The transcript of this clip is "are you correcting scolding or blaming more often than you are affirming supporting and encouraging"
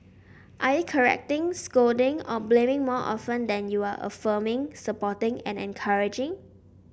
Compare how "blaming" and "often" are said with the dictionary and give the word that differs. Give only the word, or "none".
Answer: none